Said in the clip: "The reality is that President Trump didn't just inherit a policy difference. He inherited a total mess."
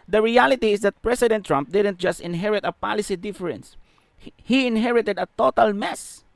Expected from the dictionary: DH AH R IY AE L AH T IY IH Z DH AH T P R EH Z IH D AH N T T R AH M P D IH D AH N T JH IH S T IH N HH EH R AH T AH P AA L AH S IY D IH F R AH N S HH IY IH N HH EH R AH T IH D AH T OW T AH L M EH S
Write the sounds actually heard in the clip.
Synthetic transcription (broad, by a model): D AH R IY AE L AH T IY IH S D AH T P R EH S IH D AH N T T R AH M P D IH D AH N T JH IH S T IH N HH EH R AH T AH P AA L AH S IY D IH F R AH N S HH IY IH N HH EH R AH T IH D AH T OW T AH L M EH S